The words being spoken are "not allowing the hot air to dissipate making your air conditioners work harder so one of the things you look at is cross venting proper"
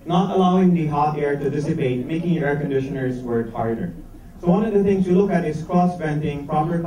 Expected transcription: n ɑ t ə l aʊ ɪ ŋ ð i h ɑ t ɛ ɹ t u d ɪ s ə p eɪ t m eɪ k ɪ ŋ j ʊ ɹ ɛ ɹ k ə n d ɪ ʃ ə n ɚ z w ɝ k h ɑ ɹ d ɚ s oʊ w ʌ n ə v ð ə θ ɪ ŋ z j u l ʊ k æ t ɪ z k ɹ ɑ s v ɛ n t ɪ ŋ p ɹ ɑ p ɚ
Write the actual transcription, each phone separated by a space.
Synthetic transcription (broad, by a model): n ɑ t ə l aʊ ɪ ŋ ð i h ɑ t ɛ ɹ t u d ɪ s ə p eɪ t m eɪ k ɪ ŋ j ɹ ɛ ɹ k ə n d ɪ ʃ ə n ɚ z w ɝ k h ɑ ɹ d ɚ s oʊ w ʌ n ə v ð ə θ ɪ ŋ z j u l ʊ k æ t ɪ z k ɹ ɑ s p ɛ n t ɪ ŋ p ɹ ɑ p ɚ